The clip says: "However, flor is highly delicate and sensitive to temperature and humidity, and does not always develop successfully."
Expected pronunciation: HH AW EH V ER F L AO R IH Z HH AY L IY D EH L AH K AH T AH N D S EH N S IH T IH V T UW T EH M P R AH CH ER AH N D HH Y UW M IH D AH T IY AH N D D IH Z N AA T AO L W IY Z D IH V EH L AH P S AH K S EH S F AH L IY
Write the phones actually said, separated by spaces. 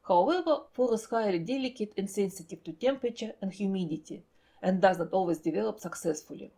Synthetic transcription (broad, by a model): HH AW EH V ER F AO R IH S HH AY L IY D EH L AH K AH T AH N S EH N S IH T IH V T UW T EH M P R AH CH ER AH N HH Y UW M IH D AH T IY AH N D D IH Z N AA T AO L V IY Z D IH V EH L AH P S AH K S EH S F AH L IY